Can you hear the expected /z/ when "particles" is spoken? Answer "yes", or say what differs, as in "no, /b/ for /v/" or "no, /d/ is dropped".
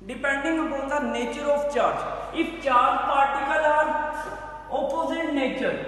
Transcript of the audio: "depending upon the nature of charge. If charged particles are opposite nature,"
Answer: no, /z/ is dropped